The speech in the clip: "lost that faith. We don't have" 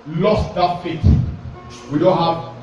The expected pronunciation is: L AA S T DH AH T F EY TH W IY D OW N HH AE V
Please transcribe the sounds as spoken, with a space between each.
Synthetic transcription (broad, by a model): L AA S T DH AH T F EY T W IY D OW N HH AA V